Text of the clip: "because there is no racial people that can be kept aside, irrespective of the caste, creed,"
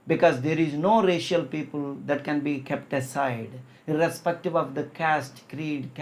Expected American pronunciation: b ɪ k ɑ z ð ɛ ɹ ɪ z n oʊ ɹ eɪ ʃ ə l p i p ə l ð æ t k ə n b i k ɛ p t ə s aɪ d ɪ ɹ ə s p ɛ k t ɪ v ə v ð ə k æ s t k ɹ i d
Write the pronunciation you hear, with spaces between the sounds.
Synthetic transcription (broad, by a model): b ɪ k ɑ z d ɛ ɹ ɪ z n oʊ ɹ eɪ ʃ ə l p i p ə l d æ t k ə n b i k ɛ p t ə s aɪ d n ɹ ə s p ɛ k t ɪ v ə v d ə k æ s t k ɹ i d